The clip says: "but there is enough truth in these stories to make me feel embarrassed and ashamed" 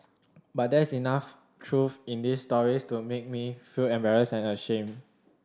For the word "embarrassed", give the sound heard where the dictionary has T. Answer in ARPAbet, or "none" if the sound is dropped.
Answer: none